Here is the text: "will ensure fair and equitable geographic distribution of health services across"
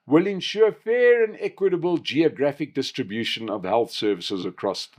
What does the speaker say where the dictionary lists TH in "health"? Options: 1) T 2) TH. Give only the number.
2